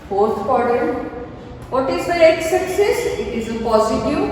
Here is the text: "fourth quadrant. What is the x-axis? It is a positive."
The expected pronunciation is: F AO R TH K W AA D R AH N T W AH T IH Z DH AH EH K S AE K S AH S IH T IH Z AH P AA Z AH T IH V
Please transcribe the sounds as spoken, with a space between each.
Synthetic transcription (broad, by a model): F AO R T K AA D AH T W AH T IH Z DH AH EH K S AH K S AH S IH T IH Z AH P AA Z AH T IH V